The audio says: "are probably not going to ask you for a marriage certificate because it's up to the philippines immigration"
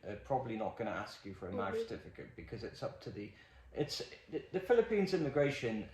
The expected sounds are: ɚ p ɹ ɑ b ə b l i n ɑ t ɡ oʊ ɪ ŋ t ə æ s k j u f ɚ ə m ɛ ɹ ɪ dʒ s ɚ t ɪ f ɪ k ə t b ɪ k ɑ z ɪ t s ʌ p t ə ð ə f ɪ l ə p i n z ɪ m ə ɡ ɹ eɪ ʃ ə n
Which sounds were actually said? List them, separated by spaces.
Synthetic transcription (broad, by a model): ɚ p ɹ ɑ b ə b l i n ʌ t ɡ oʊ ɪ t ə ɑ s k j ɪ f ɚ ə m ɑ ɪ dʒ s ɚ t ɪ f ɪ k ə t b ɪ k ɑ z ɪ t s ʌ p t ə ð ə f ɪ l ə p i n z ɪ m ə ɡ ɹ eɪ ʃ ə n